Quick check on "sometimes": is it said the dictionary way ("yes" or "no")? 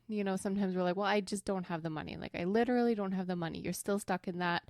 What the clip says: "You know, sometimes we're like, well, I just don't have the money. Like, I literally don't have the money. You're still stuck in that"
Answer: yes